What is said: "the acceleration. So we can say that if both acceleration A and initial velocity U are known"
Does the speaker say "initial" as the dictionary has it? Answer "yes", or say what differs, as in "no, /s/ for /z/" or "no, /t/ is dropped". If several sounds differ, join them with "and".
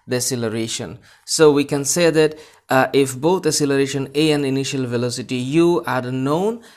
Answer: yes